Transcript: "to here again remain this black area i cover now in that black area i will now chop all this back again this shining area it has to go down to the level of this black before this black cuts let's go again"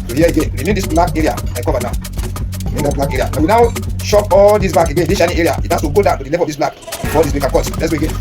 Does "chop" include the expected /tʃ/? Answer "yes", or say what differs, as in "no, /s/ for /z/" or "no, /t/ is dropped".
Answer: no, /ʃ/ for /tʃ/